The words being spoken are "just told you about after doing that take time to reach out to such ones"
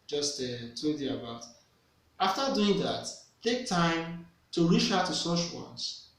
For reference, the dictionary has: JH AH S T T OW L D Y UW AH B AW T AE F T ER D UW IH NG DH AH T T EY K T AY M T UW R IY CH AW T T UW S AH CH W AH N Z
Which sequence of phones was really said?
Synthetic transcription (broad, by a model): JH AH S T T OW D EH AH B AW T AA F T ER D UW IH NG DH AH T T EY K T AY M T UW R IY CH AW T T UW S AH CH W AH N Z